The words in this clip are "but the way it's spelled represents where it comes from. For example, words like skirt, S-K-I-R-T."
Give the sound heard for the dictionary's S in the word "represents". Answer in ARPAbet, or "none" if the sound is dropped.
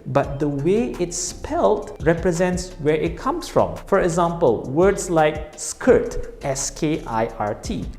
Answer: S